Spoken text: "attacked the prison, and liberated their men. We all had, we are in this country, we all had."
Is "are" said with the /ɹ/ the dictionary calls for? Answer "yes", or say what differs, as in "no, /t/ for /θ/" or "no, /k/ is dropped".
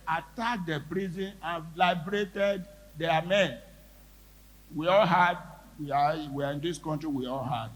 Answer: no, /w/ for /ɹ/